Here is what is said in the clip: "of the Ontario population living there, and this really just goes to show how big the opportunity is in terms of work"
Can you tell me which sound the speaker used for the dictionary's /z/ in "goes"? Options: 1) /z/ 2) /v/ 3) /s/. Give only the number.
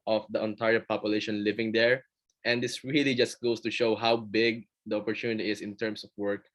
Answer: 3